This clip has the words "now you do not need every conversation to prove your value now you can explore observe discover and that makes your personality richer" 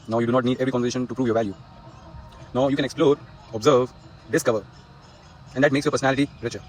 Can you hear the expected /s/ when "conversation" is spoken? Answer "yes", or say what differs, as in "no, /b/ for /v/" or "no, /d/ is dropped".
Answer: no, /s/ is dropped